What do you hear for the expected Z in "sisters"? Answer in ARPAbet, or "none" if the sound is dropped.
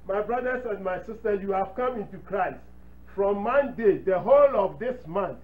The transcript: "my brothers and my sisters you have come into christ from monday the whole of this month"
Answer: none